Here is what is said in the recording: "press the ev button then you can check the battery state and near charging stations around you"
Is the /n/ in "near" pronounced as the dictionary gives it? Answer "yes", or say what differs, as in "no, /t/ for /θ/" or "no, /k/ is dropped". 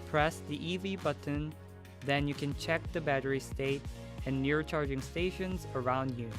yes